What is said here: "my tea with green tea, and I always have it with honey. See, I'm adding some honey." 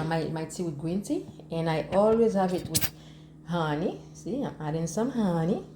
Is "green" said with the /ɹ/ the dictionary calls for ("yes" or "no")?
no